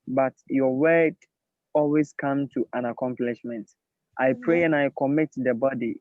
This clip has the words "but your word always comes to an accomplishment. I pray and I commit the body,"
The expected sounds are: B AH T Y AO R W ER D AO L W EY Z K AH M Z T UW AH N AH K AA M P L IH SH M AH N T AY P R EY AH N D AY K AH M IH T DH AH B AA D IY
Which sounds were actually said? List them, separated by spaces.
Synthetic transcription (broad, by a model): B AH T Y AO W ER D AO L W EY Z K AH M T UW AH N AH K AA M P L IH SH M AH N T AY P R EY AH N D AY K AH M IH T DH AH B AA D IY